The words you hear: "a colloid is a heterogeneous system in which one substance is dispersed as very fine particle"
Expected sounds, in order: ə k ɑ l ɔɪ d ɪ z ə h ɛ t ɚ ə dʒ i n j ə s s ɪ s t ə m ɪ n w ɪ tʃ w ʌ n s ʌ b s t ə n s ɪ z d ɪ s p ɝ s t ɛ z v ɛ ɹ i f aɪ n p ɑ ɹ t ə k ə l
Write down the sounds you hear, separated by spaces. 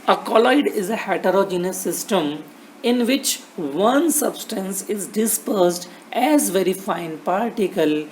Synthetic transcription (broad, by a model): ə k ɑ l ɔɪ d ɪ z ə h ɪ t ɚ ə dʒ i n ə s s ɪ s t ə m ɪ n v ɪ tʃ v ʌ n s ʌ b s t ə n s ɪ z d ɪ s p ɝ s t ɛ z v ɛ ɹ i f aɪ n p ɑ ɹ t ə k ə l